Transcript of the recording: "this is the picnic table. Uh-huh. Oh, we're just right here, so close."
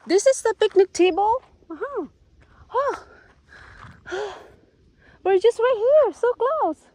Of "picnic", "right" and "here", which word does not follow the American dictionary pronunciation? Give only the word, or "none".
right